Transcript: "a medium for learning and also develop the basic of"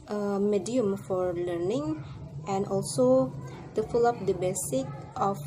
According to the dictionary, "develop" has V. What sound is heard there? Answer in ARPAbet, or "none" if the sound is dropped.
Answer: F